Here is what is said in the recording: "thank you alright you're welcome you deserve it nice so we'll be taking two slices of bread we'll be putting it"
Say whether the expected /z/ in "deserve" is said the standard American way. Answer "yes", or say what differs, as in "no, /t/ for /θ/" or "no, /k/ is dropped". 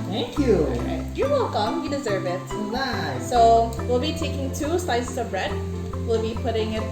yes